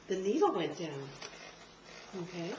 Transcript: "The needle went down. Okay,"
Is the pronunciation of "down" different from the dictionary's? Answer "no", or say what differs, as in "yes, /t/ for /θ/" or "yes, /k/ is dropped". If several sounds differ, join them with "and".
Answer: yes, /n/ is dropped